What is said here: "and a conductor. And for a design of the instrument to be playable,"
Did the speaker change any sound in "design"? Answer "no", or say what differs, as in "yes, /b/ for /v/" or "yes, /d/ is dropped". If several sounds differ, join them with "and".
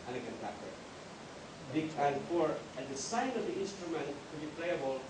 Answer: yes, /s/ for /z/